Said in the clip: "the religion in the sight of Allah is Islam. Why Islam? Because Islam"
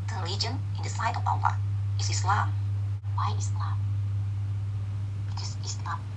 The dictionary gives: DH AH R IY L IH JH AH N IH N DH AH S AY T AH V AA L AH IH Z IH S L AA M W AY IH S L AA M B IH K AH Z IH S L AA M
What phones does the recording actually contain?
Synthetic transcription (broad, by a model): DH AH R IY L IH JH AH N IH N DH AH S AY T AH P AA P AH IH S IH S L AA M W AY IH S L AA M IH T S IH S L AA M